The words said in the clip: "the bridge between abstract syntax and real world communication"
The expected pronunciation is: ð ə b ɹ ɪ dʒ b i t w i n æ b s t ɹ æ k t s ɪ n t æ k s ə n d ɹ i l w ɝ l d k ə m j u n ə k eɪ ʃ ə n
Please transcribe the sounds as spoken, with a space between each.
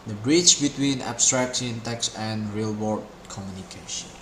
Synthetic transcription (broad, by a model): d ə b ɹ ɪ tʃ b i t w i n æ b s t ɹ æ k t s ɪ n t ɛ k s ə n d ɹ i l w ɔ d k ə m j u n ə k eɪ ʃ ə n